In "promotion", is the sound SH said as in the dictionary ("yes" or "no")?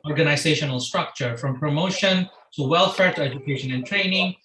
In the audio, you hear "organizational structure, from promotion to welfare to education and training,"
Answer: yes